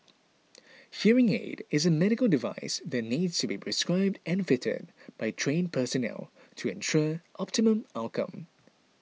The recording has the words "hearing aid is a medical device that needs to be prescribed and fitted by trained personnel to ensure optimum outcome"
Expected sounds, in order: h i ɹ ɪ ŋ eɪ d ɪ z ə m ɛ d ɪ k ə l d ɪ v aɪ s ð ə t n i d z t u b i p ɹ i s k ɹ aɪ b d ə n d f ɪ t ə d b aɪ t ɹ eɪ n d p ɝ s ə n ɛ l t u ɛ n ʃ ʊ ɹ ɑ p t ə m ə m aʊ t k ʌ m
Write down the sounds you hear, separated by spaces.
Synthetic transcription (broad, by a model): h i ɹ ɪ ŋ eɪ d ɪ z ə m ɛ d ɪ k ə l d ɪ v aɪ s ð ə t n i d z t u b i p ɹ i s k ɹ aɪ b d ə n f ɪ t ə d b aɪ t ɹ eɪ n p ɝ s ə n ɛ l t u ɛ n ʃ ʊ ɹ ɑ p t ə m ə m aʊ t k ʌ m